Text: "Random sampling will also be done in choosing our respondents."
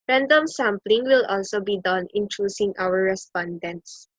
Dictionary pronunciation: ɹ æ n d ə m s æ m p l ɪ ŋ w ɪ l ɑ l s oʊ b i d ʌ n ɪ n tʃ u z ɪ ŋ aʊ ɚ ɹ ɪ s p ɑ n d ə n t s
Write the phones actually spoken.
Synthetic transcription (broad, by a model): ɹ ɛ n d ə m s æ m p l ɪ ŋ w ɪ l ɑ l s oʊ b i d ʌ n ɪ n tʃ u s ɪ ŋ aʊ ɚ ɹ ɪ s p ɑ n d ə n t s